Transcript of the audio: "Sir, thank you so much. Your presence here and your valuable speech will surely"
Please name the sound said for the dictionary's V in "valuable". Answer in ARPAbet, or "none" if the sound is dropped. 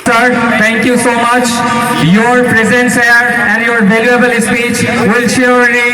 B